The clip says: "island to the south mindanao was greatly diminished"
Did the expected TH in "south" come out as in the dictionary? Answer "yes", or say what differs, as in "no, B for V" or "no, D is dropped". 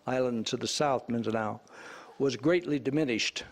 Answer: yes